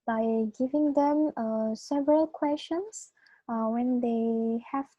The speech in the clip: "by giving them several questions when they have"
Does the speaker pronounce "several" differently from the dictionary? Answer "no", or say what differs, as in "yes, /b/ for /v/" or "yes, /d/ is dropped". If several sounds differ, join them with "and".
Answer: no